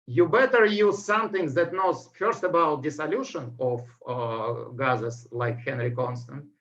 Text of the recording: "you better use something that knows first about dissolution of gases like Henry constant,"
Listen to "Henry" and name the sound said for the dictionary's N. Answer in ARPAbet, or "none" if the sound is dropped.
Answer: N